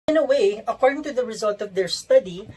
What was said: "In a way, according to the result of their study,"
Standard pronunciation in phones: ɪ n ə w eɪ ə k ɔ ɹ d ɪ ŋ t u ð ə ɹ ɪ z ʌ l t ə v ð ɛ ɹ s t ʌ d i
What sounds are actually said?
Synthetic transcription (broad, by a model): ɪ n ə w eɪ ə k ɔ ɹ d ɪ ŋ t u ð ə ɹ ɪ z ʌ l t ə v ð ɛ ɹ s t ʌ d i